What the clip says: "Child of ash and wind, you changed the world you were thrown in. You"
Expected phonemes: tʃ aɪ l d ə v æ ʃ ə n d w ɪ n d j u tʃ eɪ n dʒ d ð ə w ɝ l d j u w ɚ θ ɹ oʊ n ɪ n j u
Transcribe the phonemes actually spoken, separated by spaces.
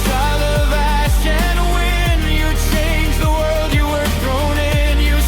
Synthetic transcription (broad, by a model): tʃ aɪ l ə v æ ʃ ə n w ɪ n j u tʃ eɪ n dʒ ð ə w ɝ l d j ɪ w ɚ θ ɹ oʊ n ɪ n j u